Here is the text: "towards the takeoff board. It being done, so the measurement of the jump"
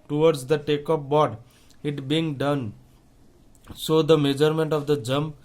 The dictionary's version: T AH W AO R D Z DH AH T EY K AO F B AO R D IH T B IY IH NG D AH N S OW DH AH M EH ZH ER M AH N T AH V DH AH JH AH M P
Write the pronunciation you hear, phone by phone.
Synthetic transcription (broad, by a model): T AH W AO R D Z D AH T EY K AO P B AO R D IH T B IY IH NG D AH N S OW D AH M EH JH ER M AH N T AH V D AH JH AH M